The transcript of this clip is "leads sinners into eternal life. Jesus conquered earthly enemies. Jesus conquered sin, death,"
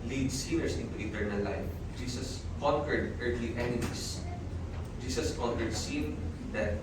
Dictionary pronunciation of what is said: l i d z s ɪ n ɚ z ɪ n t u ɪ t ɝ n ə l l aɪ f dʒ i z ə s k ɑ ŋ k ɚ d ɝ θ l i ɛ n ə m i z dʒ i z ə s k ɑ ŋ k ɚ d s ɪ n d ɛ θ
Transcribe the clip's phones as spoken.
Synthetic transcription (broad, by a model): l i d s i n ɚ s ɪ n t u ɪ t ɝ n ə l l aɪ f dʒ i s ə s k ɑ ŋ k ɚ d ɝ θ l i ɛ n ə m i s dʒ i s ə s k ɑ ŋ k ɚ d s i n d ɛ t